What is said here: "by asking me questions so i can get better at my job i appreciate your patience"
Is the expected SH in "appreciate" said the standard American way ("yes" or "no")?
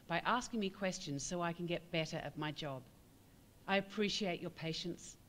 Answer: yes